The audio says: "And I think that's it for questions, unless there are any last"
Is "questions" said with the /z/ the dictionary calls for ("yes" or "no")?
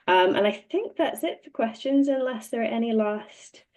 yes